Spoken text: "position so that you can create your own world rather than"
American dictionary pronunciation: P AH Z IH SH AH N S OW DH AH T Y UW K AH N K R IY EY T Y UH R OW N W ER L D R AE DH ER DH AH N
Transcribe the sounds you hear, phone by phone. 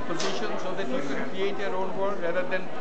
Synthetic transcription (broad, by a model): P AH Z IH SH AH N S OW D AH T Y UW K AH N K R IY EY T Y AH R OW N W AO D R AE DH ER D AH N